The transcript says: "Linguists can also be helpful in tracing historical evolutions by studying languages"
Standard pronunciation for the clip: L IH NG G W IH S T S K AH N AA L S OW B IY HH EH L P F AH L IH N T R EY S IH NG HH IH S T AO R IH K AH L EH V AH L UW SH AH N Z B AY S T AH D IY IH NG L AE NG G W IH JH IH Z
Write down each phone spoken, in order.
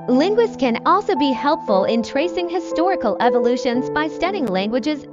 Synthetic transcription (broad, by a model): L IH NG G W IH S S K AH N AA L S OW B IY HH EH L P F AH L IH N T R EY S IH NG HH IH S T AO R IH K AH L EH V AH L UW SH AH N Z B AY S T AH D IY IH NG L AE NG G W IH JH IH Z